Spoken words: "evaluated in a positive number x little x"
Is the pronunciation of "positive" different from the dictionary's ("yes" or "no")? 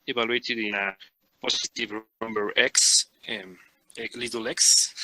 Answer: yes